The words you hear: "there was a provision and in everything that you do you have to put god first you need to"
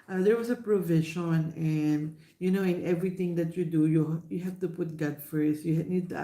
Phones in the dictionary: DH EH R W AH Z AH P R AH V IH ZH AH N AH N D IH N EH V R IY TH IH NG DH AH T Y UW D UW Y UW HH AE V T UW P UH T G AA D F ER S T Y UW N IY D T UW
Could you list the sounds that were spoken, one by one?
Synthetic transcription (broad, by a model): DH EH R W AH S AH P R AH V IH SH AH N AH N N IH N EH V R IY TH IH NG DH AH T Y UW D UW Y UW HH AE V T UW P UH T G AA D F ER S T Y UW N IY D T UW